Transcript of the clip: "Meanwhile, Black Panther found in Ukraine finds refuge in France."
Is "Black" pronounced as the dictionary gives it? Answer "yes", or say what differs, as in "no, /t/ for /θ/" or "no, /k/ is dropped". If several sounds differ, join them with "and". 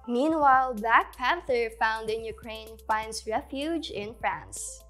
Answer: no, /l/ is dropped